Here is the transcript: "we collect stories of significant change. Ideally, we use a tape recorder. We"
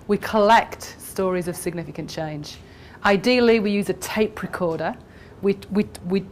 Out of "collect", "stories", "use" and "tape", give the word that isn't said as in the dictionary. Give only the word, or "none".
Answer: none